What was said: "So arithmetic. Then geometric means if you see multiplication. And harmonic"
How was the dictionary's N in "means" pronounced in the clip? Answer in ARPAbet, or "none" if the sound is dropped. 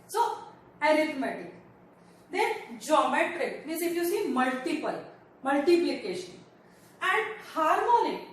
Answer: none